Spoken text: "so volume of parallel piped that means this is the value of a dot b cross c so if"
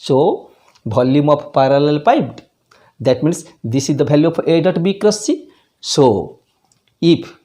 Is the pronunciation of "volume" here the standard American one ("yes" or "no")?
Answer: no